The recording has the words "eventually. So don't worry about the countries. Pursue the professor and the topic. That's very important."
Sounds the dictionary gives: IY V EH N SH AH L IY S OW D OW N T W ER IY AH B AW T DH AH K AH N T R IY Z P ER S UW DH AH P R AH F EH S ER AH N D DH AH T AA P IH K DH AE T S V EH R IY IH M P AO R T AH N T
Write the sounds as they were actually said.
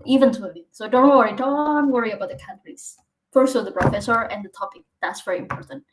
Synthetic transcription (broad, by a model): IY V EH N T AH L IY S OW D OW N T W ER IY AH B AW T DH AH K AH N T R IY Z F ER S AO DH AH P R AH F EH S ER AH N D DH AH T AA P IH K DH AE T S V EH R IY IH M P AO R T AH N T